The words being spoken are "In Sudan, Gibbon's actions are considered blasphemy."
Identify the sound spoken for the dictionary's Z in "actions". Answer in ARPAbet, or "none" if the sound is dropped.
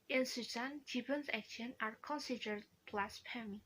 none